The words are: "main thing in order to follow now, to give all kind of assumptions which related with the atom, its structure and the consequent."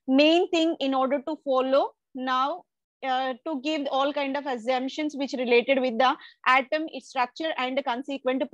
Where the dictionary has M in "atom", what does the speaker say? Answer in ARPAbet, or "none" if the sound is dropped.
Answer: M